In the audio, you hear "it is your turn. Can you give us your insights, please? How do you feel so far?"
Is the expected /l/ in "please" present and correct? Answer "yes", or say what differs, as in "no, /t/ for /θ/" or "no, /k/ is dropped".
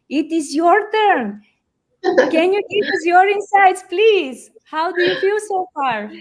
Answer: yes